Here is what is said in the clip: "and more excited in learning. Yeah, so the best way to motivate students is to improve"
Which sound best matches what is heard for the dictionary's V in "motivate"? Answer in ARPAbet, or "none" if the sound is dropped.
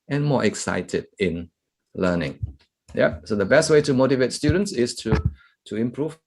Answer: V